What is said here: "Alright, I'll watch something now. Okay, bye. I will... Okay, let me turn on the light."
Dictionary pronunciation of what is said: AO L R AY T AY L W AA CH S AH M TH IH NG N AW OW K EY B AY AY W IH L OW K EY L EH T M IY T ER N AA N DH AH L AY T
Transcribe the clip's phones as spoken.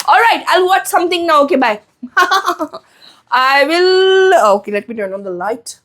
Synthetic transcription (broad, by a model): AO L R AY T AY L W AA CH S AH M T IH NG N AW OW K EY B AY AY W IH L OW K EY L EH T M IY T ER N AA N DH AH L AY T